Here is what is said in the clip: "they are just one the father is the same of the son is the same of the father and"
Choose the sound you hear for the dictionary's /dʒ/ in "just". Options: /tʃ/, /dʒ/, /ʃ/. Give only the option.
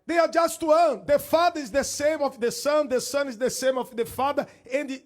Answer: /dʒ/